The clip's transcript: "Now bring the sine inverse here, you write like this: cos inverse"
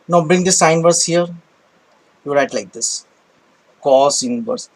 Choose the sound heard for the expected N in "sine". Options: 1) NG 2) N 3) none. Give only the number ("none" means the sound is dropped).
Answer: 3